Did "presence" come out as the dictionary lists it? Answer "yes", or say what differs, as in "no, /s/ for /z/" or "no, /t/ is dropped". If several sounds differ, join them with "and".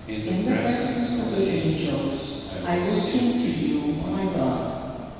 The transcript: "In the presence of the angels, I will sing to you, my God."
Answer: no, /s/ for /z/